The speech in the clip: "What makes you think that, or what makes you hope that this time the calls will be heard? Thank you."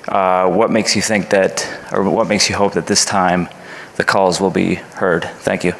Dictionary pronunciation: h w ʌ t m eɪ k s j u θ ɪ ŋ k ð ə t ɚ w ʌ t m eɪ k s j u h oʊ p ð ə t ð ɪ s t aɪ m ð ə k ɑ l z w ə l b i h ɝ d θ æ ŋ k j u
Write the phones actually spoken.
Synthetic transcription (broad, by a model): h w ʌ t m eɪ k s j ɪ θ ɪ ŋ k ð ə t ɚ w ʌ t m eɪ k s j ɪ h oʊ p ð ə t ð ɪ s t aɪ m ð ə k ɑ l z w ə l b i h ɝ d θ æ ŋ k j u